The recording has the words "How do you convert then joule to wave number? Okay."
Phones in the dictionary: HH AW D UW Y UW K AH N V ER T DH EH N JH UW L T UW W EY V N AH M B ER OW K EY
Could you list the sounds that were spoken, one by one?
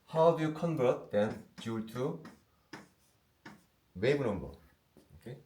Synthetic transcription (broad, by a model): HH AW D UW Y UW K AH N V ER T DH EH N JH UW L T UW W EY B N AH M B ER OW K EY